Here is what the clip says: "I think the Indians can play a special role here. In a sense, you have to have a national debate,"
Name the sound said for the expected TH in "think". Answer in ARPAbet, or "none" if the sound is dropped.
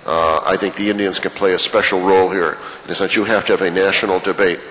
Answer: TH